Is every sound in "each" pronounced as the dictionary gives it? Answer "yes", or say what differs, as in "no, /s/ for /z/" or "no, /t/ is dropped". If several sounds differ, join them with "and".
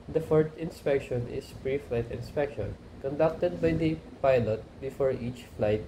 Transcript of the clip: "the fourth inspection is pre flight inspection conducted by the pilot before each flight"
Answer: yes